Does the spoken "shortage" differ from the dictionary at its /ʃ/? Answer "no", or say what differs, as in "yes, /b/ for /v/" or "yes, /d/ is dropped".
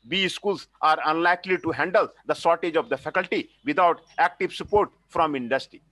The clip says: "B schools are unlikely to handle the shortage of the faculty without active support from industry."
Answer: yes, /s/ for /ʃ/